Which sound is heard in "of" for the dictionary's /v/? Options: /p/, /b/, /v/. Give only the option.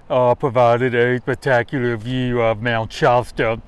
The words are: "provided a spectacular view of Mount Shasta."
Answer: /v/